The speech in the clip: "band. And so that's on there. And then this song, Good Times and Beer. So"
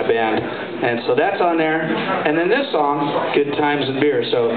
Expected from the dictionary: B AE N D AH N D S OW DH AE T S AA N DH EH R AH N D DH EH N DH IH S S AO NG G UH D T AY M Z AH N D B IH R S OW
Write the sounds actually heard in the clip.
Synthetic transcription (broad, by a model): B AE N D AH N S OW DH AE T S N DH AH R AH N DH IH N DH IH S S AO NG G UH D T AY M Z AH N B IH R S OW